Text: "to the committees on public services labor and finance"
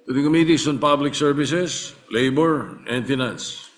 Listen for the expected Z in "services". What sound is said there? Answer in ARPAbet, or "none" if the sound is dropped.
S